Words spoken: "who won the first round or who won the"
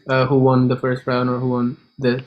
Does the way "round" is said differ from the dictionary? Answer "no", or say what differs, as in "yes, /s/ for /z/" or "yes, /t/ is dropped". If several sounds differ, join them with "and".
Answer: yes, /d/ is dropped